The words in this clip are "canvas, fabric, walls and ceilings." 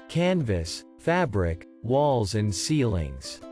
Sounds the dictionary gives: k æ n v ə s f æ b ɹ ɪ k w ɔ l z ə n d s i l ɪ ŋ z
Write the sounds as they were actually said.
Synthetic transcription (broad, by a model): k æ n v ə s f æ b ɹ ɪ k w ɔ l z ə n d s i l ɪ ŋ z